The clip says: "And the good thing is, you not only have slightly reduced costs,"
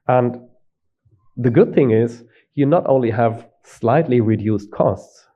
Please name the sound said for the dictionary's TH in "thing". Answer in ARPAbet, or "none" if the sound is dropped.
TH